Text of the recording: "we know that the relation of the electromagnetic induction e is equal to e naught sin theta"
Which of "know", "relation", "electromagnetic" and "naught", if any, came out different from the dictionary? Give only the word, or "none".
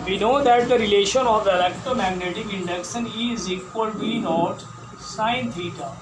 electromagnetic